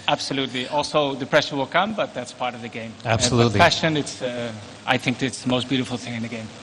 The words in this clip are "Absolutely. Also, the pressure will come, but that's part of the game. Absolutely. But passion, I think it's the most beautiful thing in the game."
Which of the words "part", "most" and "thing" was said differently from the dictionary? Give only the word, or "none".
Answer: none